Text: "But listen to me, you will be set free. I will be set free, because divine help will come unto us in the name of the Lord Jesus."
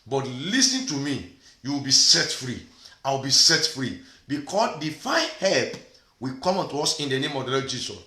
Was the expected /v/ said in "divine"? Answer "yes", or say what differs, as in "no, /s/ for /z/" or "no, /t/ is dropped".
no, /f/ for /v/